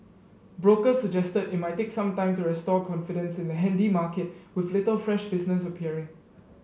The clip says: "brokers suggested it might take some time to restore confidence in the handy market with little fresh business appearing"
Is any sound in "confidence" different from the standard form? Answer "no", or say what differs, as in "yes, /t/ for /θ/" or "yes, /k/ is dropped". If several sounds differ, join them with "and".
no